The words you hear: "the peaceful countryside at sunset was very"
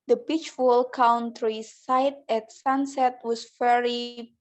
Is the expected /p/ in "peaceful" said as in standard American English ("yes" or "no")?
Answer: no